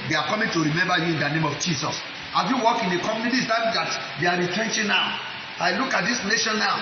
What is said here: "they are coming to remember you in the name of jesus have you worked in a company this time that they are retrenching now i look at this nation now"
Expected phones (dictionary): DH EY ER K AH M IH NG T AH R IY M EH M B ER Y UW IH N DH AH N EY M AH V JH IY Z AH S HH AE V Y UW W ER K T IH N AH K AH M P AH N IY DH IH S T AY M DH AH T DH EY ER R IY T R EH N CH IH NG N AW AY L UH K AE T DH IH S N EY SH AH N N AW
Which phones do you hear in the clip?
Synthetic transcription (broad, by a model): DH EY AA K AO M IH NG T AH R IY M EH M B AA Y UW IH N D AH N EY M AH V JH IY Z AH S HH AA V Y UW W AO K IH N AH K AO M AH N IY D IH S T AY M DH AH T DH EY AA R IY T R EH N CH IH N AW AY L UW K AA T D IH S N EY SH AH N N AW